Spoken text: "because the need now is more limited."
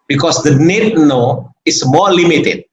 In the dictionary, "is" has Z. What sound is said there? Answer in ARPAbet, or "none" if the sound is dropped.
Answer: S